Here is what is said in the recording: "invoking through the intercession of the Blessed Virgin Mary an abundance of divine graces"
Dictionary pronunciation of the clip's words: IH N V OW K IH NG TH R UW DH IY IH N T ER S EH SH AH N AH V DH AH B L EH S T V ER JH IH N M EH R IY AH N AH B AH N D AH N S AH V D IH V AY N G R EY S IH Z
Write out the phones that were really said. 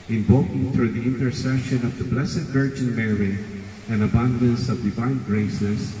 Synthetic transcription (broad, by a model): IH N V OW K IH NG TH R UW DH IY IH N T ER S EH SH AH N AH V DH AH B L EH S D V ER JH IH N M EH R IY AH N AH B AH N D AH N S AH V D IH V AY N G R EY S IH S